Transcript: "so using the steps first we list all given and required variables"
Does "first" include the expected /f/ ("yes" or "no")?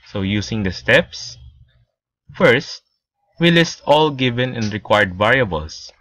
yes